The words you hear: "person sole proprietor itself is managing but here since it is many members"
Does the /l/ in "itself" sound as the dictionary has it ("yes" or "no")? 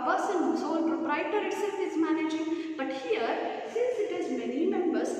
no